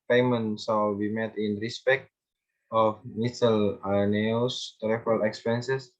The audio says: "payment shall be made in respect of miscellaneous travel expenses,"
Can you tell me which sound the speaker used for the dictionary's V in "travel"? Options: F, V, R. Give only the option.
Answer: F